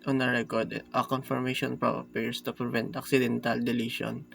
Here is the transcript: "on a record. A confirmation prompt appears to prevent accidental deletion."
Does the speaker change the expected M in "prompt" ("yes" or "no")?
yes